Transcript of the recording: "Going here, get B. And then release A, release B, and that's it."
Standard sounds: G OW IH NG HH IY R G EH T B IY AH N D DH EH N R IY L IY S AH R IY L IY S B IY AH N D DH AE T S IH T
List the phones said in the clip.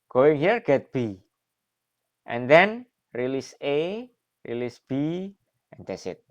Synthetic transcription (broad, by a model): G OW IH NG HH IY R G EH T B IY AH N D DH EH N R IY L IY S AH R IY L IY S B IY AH N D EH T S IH T